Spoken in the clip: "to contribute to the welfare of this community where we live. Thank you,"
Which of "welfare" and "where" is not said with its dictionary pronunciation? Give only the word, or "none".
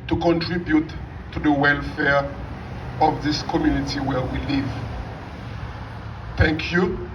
none